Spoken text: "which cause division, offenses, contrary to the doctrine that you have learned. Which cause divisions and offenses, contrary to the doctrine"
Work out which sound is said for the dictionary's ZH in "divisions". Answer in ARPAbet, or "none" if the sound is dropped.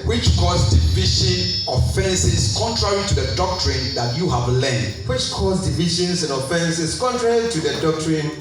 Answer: SH